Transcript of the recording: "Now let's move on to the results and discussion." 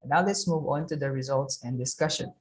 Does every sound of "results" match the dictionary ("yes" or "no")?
yes